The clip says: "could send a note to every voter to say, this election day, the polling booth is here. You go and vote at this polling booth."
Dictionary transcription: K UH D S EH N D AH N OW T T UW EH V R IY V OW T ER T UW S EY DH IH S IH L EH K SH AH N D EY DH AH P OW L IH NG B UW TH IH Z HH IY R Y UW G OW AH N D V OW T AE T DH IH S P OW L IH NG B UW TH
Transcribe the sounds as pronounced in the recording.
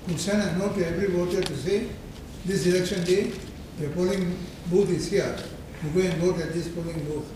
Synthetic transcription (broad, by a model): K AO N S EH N AH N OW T T UW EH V R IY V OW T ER T UW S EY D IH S IH L EH K SH AH N D EY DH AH P OW L IH NG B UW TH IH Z HH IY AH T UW G OW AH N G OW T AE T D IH S P OW L IH NG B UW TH